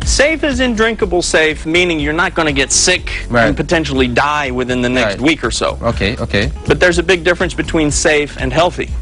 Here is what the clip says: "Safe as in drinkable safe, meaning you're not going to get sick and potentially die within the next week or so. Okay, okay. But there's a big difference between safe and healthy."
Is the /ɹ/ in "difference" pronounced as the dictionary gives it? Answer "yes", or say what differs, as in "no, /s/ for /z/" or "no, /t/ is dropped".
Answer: yes